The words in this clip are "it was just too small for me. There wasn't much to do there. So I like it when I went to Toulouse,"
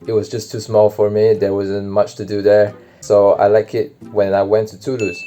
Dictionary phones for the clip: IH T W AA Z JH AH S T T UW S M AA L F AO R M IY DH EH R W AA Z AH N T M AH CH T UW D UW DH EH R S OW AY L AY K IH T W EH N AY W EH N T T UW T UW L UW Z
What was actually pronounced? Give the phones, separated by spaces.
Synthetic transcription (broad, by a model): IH T W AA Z JH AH S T T UW S M AA L F AO R M IY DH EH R W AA Z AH N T M AH CH T UW D UW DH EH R S OW AY L AY K IH T W EH N AY W EH N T T UW T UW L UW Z